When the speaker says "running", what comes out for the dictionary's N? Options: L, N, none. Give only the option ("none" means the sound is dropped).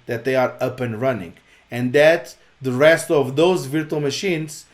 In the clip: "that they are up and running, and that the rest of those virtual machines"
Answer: N